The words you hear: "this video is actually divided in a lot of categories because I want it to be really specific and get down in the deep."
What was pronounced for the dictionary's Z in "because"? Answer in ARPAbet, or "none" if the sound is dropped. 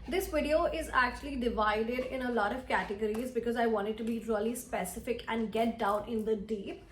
Z